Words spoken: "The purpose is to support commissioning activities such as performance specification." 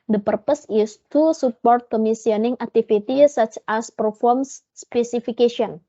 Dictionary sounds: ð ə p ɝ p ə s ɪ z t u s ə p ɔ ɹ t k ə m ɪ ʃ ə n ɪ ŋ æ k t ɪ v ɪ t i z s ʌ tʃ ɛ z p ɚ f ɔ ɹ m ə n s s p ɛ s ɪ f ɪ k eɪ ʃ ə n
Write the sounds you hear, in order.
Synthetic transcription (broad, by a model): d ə p ɝ p ə s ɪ s t u s ə p ɔ ɹ t k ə m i s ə n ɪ ŋ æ k t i f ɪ t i s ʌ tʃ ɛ s p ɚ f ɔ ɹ m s s p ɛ s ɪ f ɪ k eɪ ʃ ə n